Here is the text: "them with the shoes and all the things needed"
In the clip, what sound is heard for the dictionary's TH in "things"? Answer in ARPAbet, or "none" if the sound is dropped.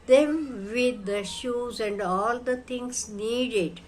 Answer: T